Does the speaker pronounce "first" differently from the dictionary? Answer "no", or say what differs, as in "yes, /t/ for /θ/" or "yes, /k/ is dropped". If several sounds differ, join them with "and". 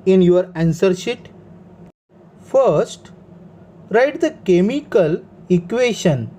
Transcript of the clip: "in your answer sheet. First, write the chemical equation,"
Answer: no